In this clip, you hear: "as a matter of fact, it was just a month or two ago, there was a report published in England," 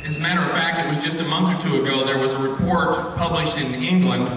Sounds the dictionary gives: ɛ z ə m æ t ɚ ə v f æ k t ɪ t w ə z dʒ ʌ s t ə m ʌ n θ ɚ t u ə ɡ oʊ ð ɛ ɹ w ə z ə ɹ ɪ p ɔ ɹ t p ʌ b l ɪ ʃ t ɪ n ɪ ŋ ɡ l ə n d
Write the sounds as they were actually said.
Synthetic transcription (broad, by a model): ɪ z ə m æ t ɚ ə v f æ k t ɪ t w ə z dʒ ʌ s t ə m ʌ n θ ɚ t u ə ɡ oʊ ð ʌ ɹ w ə z ə ɹ ɪ p ɔ ɹ t p ʌ b l ɪ ʃ t ɪ n ɪ ŋ ɡ l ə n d